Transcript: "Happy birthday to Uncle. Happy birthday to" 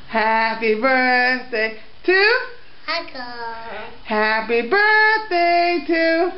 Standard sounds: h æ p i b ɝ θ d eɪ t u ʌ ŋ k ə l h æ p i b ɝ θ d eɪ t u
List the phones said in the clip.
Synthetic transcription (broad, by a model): h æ p i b ɝ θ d eɪ t u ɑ k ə h æ p i b ɝ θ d eɪ t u